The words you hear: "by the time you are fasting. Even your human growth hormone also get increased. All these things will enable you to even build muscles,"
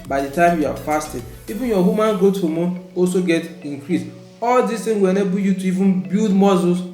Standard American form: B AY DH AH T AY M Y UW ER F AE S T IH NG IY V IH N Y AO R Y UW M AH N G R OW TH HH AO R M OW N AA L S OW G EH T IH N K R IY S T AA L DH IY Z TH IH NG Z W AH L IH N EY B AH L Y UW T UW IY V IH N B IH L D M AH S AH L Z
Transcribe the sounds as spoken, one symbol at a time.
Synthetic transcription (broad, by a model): B AY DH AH T AY M Y UW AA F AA S T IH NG IY V IH N Y AO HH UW M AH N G OW T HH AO M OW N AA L S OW G EH T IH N K R IY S AA L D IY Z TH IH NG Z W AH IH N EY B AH Y UW T UW IY V IH N B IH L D M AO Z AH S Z